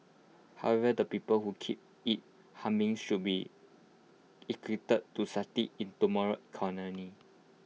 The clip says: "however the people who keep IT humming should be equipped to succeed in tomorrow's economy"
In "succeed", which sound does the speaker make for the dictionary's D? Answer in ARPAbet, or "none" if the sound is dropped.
none